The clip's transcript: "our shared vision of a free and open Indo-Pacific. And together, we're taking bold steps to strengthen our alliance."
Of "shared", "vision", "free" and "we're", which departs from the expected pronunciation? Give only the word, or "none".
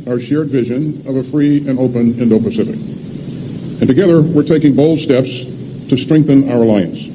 none